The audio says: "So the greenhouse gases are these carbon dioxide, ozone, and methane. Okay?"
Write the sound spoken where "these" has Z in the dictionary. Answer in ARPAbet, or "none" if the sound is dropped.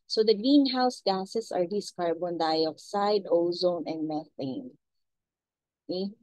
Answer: S